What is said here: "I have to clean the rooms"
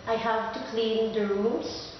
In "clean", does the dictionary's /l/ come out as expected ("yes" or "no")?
yes